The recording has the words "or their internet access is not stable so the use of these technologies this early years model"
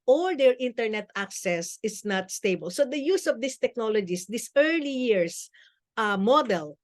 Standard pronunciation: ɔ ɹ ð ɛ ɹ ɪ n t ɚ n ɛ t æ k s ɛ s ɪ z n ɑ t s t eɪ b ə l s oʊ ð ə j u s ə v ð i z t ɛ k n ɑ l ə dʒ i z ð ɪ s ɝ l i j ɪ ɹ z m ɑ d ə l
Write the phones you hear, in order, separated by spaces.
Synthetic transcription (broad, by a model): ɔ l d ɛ ɹ ɪ n t ɚ n ɛ t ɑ k s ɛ s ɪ s n ɑ t s t eɪ b ə l s oʊ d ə j u s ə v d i s t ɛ k n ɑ l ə dʒ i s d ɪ s ɝ l i j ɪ ɹ s m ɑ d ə l